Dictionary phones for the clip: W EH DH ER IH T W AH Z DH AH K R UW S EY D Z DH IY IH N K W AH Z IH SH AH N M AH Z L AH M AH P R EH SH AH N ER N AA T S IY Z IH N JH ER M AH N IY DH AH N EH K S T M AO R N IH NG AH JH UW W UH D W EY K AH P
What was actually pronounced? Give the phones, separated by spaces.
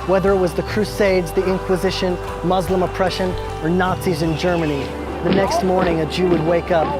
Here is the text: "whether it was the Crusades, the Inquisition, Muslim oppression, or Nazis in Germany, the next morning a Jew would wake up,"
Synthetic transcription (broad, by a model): W EH DH ER IH T W AH Z DH AH K R UW S EY D Z DH IY IH N K W AH Z IH SH AH N M AH Z L AH M AH P R EH SH AH N ER N AA T S IY Z IH N JH ER M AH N IY DH AH N EH K S T M AO R N IH NG AH JH UW W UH D W EY K AH P